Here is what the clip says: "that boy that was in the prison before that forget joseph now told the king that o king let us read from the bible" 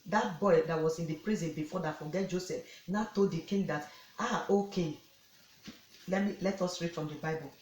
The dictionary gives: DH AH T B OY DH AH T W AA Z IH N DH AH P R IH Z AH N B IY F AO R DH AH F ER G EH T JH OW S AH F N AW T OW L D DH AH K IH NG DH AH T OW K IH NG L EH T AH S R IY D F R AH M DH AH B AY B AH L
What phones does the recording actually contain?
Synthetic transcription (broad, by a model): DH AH T B OY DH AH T W AA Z IH N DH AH P R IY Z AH N B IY F AO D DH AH F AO G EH T JH OW S AH F N AW T OW L D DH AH K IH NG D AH T OW K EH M L EH T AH S R IY D F R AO M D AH B AY B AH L